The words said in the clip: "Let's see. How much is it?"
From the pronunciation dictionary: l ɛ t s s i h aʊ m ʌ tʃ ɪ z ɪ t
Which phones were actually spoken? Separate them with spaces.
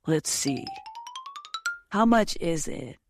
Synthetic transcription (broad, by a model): l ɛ t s s i h aʊ m ʌ tʃ ɪ z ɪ t